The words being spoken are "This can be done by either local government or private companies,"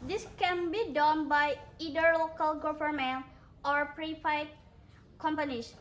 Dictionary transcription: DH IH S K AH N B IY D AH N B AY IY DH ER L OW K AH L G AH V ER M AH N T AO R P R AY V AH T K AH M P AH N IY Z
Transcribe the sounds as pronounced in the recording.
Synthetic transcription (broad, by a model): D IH S K AH N B IY D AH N B AY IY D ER L OW K AH L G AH F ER M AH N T AO R P R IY F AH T K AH M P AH N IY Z